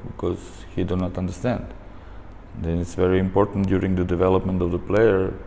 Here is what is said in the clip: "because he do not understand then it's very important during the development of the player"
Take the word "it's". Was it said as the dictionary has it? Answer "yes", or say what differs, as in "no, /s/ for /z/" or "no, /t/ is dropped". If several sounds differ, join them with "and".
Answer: yes